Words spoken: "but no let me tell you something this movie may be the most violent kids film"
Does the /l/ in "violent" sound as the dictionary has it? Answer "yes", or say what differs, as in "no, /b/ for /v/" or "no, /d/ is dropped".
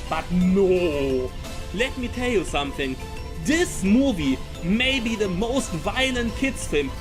yes